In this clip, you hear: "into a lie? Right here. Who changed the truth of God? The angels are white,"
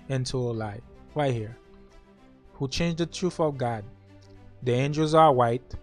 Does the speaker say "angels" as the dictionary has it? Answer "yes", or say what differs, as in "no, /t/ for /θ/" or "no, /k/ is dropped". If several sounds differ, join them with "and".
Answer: yes